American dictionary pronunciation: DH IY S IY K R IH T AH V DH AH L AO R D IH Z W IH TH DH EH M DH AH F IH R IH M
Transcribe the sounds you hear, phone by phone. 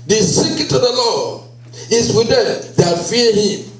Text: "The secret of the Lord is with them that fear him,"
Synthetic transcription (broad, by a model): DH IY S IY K IH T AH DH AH L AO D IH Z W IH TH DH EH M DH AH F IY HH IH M